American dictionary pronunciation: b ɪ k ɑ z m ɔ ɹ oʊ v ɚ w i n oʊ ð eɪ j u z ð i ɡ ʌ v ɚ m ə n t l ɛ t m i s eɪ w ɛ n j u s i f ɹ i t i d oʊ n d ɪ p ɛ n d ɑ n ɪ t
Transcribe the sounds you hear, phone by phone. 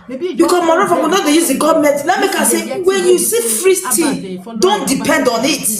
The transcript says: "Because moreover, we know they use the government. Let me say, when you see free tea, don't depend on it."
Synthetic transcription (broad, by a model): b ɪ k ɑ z m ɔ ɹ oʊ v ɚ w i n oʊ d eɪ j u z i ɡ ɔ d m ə t l ɛ t m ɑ s eɪ w ɛ n j u s i f ɹ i t i d oʊ n d ɪ p ɛ n d ɑ n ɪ t